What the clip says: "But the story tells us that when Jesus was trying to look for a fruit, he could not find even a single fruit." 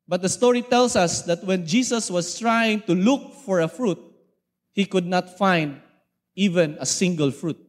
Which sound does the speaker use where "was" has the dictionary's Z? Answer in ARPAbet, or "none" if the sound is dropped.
S